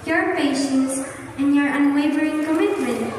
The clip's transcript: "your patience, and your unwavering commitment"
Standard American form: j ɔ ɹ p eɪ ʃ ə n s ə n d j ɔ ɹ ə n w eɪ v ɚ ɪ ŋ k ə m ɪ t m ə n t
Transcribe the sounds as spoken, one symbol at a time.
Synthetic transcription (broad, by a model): j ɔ ɹ p eɪ ʃ ə n s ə n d j ɔ ɹ ə n w eɪ v ɚ ɪ ŋ k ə m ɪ t m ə n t